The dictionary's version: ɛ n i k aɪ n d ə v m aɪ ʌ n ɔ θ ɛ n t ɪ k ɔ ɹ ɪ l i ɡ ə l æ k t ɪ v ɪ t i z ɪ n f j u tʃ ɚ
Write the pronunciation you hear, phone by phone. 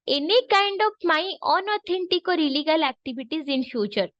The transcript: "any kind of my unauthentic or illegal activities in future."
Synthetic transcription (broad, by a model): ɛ n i k aɪ n d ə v m aɪ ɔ n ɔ t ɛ n t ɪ k ɔ ɹ ɪ l i ɡ ə l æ k t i b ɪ t i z ɪ n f j u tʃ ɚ